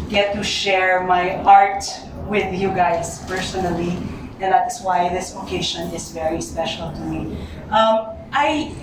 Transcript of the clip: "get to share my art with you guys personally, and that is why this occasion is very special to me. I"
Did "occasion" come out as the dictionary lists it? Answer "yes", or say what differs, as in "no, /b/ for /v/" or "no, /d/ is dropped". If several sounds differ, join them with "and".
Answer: no, /ʃ/ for /ʒ/